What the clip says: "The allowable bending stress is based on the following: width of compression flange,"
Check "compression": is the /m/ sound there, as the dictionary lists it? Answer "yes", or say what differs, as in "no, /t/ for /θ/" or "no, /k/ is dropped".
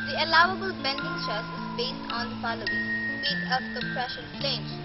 no, /m/ is dropped